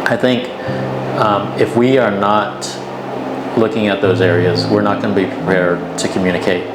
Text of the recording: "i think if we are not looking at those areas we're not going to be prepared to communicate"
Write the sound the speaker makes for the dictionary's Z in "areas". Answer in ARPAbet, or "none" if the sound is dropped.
Z